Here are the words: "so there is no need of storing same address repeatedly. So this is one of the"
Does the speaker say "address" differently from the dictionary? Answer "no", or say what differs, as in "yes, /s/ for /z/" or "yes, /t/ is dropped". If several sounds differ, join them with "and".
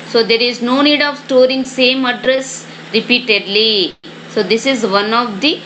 no